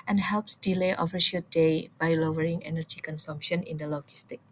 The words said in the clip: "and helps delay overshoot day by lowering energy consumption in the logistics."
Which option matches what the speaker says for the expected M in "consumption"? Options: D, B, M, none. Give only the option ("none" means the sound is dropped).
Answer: M